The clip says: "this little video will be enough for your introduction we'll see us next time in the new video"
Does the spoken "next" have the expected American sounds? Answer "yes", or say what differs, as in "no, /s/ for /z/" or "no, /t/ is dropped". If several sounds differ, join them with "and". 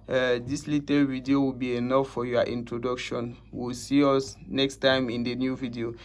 yes